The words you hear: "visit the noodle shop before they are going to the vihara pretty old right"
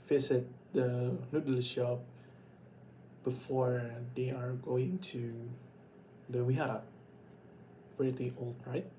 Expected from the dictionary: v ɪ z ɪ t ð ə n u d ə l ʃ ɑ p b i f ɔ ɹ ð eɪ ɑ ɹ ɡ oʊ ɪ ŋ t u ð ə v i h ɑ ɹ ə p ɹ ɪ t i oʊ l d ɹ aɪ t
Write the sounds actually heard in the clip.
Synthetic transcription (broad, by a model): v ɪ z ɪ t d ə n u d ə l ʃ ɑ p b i f ɔ ɹ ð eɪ ɑ ɹ ɡ oʊ ɪ ŋ t u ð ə w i h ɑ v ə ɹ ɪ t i oʊ l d ɹ aɪ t